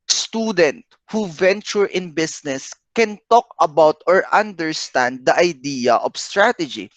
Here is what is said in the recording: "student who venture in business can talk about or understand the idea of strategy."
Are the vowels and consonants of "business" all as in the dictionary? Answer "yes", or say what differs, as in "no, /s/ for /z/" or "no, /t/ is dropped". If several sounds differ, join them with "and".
no, /s/ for /z/